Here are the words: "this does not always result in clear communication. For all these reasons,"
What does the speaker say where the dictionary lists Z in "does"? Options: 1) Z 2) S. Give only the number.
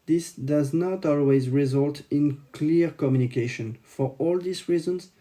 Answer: 1